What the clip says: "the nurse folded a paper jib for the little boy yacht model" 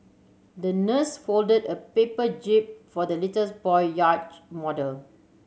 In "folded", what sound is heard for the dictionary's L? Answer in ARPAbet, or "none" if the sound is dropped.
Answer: L